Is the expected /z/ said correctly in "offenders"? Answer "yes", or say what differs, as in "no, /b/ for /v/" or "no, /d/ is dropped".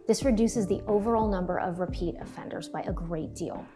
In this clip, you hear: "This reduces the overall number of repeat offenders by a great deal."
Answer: yes